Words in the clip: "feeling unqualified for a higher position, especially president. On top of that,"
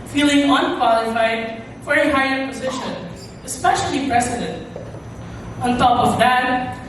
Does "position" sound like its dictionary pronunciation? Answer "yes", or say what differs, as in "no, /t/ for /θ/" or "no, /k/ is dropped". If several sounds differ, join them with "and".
yes